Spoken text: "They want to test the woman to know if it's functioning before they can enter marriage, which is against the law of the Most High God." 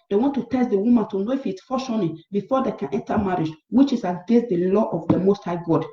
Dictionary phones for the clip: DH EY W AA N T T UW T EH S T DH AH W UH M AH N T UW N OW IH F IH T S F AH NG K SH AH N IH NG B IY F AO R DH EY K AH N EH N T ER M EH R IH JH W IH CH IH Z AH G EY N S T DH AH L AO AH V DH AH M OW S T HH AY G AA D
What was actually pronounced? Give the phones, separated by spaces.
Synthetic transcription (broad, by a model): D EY W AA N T T UW T EH S T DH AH W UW M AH N T UW N OW IH F IH T S F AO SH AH N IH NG B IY F AO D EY K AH N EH N T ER M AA R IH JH W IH CH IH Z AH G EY S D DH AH L AO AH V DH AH M OW S T HH AY G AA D